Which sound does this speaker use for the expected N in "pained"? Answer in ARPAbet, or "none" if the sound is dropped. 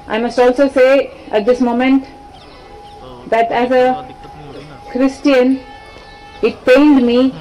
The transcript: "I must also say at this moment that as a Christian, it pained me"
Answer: L